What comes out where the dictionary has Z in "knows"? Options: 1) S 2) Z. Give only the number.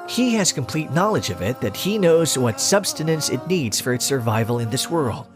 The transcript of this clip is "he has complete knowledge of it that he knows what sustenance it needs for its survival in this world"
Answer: 2